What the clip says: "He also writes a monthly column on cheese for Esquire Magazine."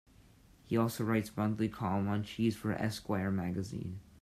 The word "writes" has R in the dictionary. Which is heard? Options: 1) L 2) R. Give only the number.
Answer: 2